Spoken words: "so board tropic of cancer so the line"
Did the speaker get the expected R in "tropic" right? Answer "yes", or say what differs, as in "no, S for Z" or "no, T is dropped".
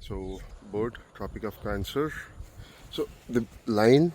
yes